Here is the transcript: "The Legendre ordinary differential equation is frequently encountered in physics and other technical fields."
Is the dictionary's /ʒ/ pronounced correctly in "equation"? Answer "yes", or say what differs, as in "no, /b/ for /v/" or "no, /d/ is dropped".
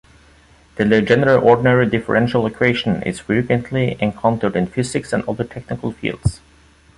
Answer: no, /ʃ/ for /ʒ/